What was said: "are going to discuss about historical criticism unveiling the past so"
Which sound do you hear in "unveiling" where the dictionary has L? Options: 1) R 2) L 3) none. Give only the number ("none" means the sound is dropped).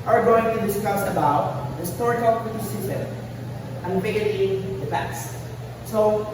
3